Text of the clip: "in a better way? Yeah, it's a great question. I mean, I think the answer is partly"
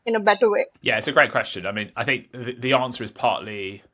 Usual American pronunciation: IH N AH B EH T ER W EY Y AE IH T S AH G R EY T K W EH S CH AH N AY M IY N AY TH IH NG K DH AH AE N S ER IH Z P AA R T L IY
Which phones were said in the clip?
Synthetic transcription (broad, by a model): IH N AH B EH T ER W EY Y AE IH T S AH G R EY T K W EH S CH AH N AY M IY N AY TH IH NG K DH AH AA N S ER IH Z P AA T L IY